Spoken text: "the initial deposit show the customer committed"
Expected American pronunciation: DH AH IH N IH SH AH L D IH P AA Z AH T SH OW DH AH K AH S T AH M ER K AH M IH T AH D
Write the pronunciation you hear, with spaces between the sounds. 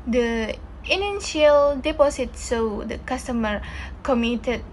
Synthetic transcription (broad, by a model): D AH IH N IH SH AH L D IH P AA S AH T S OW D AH K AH S T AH M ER K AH M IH T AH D